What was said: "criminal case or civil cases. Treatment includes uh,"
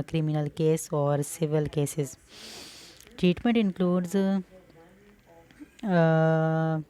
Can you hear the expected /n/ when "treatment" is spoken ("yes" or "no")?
yes